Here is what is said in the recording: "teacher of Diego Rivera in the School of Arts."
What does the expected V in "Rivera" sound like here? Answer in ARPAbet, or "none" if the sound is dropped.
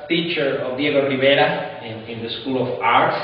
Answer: B